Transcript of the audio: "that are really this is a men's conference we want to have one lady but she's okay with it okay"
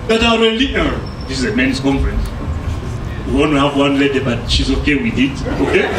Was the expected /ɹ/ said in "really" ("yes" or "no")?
no